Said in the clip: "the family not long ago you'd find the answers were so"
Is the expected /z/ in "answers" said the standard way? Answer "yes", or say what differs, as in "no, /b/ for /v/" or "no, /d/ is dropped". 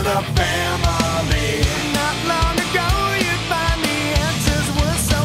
yes